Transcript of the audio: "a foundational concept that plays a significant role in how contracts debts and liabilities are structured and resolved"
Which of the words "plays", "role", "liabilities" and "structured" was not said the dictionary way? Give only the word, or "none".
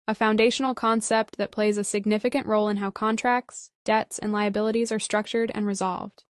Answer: none